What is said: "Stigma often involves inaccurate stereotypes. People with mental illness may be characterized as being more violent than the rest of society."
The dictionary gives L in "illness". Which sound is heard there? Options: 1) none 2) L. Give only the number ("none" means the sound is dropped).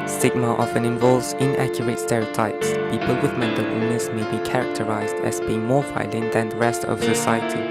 1